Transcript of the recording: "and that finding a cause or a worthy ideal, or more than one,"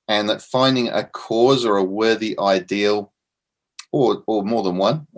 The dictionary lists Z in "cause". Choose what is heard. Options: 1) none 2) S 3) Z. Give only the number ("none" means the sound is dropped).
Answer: 3